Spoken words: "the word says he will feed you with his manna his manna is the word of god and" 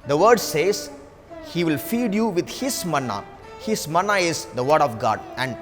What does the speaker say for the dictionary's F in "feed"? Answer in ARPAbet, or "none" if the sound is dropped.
F